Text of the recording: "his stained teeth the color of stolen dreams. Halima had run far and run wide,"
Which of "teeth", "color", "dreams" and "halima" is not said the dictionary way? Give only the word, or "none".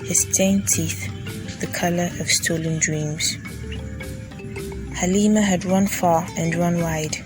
none